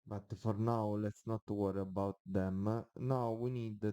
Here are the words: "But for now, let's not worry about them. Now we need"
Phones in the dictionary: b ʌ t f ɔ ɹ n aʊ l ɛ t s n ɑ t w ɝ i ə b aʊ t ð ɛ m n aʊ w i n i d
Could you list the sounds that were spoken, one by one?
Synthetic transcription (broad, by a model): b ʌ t f ɔ ɹ n aʊ l ɛ t s n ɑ t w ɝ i ə b aʊ t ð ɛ m n aʊ w i n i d